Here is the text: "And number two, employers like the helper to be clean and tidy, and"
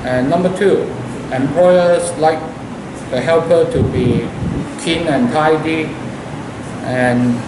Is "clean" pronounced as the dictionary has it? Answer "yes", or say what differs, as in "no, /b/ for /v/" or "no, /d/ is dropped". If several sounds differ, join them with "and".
no, /l/ is dropped